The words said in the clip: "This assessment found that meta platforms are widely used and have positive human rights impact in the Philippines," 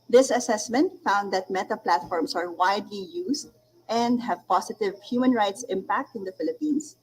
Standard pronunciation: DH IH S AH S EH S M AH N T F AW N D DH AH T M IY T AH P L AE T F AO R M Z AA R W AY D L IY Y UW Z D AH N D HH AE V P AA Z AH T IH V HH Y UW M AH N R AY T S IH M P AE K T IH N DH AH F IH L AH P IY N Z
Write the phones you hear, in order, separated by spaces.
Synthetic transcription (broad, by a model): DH IH S AH S EH S M AH N T F AW N D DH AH T M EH T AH P L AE T F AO R M S AA R W AY D L IY Y UW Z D AH N D HH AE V P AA S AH T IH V HH Y UW M AH N R AY T S IH M P AE K T IH N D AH F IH L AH P IY N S